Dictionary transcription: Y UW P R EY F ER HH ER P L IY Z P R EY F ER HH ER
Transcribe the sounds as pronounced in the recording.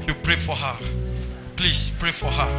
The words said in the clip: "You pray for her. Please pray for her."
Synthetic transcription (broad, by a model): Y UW P R EY F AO HH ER P L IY S P R EY F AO HH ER